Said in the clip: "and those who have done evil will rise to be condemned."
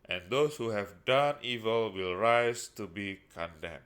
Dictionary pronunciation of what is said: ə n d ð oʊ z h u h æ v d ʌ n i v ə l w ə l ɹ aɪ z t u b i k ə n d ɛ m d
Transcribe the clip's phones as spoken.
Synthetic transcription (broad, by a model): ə n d oʊ s h u h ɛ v d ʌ n i v ə l w ə l ɹ aɪ s t u b i k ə n d ɛ m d